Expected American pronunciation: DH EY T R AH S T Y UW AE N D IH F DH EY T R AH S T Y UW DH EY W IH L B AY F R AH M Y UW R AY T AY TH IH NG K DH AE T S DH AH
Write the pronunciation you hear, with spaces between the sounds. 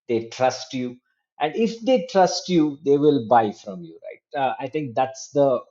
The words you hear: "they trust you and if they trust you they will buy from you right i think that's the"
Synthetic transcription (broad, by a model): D EY T R AH S T Y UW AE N D IH F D EY T R AH S T Y UW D EY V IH L B AY F R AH M Y UW R AY T AY T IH NG K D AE T S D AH